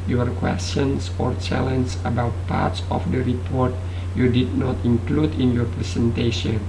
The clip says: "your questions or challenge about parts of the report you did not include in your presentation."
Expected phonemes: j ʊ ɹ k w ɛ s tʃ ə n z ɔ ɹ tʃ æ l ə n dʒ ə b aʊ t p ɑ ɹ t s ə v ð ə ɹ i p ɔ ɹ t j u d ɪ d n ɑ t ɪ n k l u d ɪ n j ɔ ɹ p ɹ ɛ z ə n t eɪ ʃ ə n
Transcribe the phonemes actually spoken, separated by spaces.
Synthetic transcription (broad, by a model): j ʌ ɹ k w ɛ s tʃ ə n s ɔ ɹ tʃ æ l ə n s ə b aʊ t p ɑ ɹ t s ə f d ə ɹ i p ɔ ɹ t j u d ɪ d n ɑ t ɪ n k l u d ɪ n j ɔ ɹ p ɹ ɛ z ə n t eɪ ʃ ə n